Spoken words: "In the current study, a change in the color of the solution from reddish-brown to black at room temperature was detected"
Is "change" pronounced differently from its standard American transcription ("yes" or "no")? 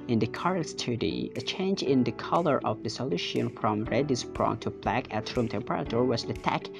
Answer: no